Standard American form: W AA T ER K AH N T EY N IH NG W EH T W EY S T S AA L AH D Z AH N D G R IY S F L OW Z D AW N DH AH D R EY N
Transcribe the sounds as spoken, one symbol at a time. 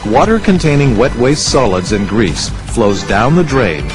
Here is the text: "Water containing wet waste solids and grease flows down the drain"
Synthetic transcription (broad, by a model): W AA T ER K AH N T EY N IH NG W EH T W EY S S AA L AH D Z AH N G R IY S F L OW Z D AW N DH AH D R EY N